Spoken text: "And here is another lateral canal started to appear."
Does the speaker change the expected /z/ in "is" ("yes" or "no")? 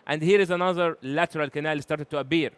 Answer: no